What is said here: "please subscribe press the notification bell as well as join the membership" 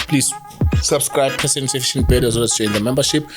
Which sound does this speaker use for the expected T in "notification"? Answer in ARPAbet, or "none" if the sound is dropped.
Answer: S